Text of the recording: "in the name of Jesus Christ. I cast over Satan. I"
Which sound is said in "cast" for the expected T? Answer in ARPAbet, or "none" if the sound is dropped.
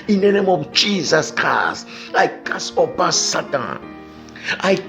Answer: none